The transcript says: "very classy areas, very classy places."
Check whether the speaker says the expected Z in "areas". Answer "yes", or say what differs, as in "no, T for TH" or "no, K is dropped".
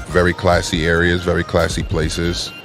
yes